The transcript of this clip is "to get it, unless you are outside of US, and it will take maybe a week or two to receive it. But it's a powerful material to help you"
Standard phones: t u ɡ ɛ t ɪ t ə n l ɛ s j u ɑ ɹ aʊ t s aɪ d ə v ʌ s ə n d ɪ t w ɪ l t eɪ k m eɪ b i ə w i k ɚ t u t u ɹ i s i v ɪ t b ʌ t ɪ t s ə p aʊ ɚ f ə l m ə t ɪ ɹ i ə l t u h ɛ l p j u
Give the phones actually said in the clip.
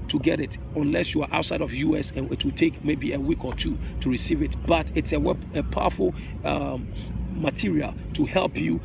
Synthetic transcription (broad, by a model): t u ɡ ɛ t ɪ t ə n l ɛ s j u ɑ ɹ aʊ t s aɪ d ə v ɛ s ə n ɪ t w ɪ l t eɪ k m eɪ b i ə w i k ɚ t u t u ɹ i s i v ɪ t b ʌ t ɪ t s ə p aʊ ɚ f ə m m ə t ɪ ɹ i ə l t u h ɛ l p j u